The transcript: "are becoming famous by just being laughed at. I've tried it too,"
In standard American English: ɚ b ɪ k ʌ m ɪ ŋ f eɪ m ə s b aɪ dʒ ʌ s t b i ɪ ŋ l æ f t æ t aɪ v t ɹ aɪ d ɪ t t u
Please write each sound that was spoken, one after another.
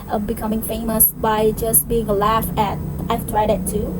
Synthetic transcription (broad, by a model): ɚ b ɪ k ʌ m ɪ ŋ f eɪ m ə s b aɪ dʒ ʌ s t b i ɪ ŋ l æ f æ t aɪ v t ɹ aɪ d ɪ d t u